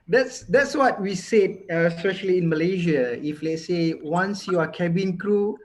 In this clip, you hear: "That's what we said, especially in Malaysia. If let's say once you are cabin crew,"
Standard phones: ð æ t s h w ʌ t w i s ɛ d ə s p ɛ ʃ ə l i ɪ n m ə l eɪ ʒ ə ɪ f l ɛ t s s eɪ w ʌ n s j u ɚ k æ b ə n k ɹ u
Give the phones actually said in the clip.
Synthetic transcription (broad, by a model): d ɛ t s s w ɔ t w i s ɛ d ə s p ɛ ʃ ə l i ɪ n m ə l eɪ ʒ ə ɪ f l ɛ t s s eɪ w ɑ n s j u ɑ k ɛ b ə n k ɹ u